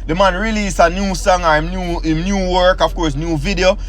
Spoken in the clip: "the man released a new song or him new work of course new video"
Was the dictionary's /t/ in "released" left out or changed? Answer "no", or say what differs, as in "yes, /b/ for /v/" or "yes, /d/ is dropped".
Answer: yes, /t/ is dropped